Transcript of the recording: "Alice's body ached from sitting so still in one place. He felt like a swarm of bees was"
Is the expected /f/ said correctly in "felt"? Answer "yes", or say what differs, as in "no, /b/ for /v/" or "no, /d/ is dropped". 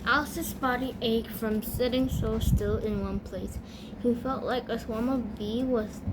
yes